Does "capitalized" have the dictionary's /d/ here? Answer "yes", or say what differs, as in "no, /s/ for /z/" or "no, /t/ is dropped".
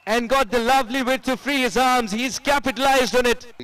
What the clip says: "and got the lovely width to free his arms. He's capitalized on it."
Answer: yes